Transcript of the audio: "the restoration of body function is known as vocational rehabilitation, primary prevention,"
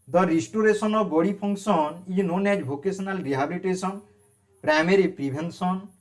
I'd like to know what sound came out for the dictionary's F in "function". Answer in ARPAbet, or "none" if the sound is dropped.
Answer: P